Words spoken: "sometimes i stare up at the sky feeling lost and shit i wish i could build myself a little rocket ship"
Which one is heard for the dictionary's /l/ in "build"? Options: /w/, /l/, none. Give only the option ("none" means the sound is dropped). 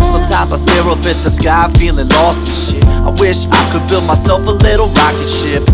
/l/